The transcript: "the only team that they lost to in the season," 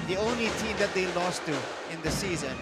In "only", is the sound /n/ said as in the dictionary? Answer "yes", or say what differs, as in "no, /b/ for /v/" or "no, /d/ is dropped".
yes